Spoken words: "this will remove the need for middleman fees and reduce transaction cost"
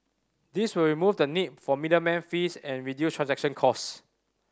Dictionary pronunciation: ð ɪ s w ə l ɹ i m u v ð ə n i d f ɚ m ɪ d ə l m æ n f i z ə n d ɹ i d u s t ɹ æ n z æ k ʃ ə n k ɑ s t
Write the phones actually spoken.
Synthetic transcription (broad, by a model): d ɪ s w ə l ɹ i m u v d ə n i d f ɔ m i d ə m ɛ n f i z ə n ɹ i d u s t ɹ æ n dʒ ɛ k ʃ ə n k ɑ s